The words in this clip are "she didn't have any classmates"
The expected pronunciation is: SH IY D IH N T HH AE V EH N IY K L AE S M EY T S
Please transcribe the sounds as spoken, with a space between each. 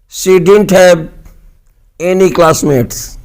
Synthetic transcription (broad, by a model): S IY D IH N T HH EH B EH N IY K L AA S M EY T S